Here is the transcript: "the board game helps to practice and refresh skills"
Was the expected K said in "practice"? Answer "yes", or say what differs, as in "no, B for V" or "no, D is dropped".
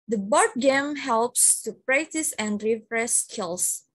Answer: yes